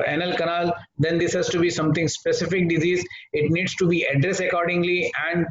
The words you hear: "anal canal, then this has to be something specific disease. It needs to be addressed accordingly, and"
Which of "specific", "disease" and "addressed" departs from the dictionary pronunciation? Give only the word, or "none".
none